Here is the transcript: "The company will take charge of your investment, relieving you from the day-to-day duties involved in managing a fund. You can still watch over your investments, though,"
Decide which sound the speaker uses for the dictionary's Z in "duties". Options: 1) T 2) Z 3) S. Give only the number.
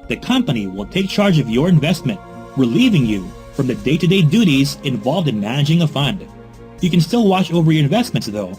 2